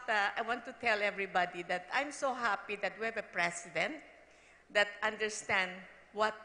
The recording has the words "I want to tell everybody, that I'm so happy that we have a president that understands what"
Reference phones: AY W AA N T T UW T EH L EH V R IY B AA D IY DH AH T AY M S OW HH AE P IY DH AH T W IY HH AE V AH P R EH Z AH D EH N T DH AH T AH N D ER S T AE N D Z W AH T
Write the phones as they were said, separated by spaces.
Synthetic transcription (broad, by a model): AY W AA N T T UW T EH L EH V R IY B AA D IY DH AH T AY M S OW HH AE P IY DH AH T W IY HH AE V AH P R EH S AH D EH N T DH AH T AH N D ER S T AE N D W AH T